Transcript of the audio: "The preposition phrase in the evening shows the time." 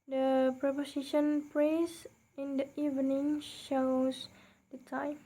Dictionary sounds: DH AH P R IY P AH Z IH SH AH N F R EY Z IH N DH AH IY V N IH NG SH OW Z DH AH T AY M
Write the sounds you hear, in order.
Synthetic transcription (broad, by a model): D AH P R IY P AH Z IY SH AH N P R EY S IH N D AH IY V N IH NG SH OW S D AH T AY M